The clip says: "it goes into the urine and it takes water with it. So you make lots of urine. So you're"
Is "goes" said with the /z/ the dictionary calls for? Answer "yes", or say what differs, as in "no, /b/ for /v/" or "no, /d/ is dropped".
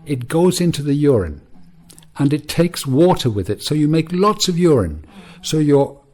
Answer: yes